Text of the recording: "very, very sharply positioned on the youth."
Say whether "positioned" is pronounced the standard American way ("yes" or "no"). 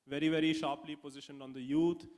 yes